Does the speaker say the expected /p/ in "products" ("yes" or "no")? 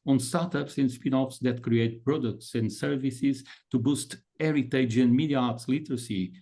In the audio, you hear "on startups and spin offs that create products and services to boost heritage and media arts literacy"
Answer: yes